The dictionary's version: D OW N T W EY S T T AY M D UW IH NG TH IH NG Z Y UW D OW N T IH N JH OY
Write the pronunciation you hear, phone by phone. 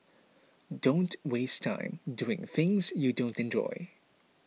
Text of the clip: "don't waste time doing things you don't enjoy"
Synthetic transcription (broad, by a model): D OW N T W EY S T T AY M D UW IH NG TH IH NG Z Y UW D OW N T IH N JH OY